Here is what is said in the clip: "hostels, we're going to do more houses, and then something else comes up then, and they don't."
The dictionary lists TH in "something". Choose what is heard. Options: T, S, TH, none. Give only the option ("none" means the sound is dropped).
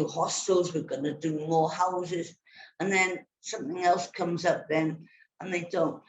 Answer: TH